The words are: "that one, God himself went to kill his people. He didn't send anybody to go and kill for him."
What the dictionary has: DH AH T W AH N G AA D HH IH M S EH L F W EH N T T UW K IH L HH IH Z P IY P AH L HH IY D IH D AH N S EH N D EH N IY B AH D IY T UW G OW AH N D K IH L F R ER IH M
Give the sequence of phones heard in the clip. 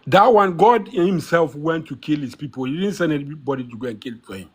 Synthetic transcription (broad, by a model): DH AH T W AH N G AA D HH IH M S EH L F W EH N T T UW K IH L HH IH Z P IY P AH L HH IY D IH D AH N S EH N EH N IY B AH D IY T UW G OW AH N K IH L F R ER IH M